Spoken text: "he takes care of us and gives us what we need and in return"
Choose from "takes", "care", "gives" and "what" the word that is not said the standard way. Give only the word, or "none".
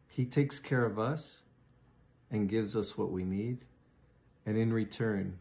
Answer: none